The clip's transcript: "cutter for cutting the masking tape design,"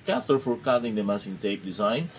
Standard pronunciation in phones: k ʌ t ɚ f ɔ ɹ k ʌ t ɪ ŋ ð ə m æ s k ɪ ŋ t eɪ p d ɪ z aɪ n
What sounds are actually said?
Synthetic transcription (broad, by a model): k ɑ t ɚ f ɔ ɹ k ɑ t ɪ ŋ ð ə m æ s ɪ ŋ t eɪ p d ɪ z aɪ n